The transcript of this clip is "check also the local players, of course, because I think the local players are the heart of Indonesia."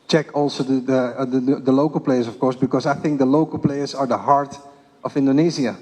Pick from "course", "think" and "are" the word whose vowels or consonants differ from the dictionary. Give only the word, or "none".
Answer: none